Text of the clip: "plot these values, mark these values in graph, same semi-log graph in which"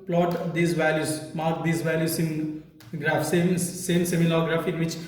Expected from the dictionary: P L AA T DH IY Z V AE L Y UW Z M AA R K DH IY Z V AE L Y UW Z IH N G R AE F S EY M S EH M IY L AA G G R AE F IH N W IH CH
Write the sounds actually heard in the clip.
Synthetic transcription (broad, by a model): P L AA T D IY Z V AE L Y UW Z M AA R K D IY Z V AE L Y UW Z IH N G R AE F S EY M S EH M IY N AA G G R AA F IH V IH CH